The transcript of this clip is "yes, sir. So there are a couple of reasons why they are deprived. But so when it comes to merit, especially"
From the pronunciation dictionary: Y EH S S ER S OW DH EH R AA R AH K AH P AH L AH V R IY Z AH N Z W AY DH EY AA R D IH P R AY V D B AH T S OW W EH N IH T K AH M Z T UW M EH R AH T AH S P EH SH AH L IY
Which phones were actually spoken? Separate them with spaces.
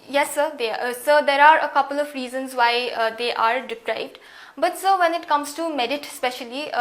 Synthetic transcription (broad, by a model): Y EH S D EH S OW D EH R AA R AH K AH P AH L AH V R IY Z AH N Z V AY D EY AA R D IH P R AY B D B AH T S OW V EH N IH T K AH M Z T UW M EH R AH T S P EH SH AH L IY